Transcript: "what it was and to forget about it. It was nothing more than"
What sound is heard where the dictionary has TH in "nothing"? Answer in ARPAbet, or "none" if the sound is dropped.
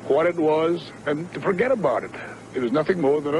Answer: TH